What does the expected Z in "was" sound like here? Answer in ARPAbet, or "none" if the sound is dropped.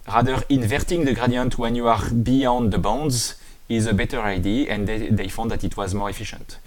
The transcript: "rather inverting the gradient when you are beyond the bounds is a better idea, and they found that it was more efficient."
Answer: Z